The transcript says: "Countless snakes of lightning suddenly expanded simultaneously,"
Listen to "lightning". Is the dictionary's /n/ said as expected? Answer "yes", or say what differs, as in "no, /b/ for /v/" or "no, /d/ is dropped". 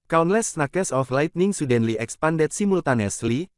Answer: yes